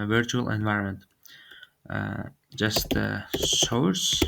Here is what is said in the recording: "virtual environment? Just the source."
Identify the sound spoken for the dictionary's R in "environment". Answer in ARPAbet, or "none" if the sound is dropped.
R